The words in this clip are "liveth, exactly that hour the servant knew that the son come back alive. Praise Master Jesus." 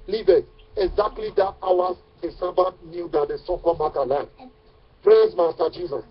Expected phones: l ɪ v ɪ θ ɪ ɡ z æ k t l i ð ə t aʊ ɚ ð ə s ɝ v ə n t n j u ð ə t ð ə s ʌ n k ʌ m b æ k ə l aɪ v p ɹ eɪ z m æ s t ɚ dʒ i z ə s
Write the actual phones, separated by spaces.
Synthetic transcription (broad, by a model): l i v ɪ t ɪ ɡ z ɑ k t l i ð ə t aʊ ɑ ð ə s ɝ b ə t n j u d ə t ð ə s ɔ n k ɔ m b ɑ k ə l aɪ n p ɹ eɪ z m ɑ s t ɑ dʒ i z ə s